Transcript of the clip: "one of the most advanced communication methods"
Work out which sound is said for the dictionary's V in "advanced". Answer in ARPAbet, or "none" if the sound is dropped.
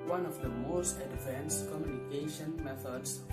F